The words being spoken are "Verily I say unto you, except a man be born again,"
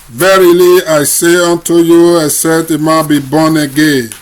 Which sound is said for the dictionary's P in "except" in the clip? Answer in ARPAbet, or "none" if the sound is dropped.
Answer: none